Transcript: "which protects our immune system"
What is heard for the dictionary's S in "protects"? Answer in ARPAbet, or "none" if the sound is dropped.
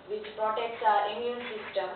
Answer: S